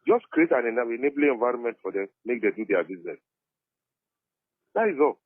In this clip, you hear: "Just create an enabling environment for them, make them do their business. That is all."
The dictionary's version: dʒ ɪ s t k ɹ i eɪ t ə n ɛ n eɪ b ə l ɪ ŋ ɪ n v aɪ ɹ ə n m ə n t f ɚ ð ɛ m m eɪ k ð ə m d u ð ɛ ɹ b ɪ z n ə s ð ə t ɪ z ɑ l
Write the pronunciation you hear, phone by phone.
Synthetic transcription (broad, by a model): dʒ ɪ s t k ɹ i eɪ t ə n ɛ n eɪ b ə n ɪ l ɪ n v aɪ ɹ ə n m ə n t f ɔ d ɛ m m eɪ k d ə d u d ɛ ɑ b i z n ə s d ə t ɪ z ɑ l